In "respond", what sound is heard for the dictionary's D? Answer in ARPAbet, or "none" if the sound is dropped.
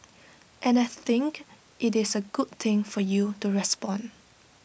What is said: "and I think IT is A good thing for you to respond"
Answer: none